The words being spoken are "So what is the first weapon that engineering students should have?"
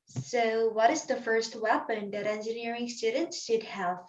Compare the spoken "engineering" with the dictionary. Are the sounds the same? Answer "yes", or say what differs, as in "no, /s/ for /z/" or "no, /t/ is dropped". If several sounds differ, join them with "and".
yes